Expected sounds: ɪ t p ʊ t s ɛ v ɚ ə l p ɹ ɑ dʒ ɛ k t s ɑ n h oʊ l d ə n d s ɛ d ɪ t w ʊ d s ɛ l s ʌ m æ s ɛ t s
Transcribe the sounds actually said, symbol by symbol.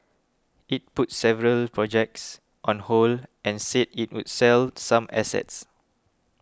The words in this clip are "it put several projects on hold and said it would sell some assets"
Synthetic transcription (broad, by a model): ɪ t p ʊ t s ɛ v ɚ ə l p ɹ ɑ dʒ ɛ k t s ɑ n h oʊ l ə n s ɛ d ɪ t w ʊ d s ɛ l s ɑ m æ s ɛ t s